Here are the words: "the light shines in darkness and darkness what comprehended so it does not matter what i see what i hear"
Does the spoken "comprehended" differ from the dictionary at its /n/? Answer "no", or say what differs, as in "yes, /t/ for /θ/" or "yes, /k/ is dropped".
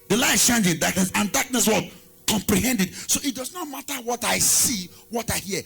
no